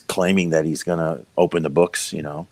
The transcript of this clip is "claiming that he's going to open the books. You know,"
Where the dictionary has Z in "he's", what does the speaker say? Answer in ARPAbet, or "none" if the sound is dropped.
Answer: Z